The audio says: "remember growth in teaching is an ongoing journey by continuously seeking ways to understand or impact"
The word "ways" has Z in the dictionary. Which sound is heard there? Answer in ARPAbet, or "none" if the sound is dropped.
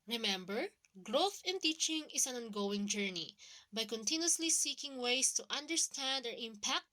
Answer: S